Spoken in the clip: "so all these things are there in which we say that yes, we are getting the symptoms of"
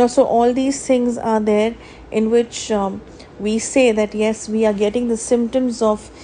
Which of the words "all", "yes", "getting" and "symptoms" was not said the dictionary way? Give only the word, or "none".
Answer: none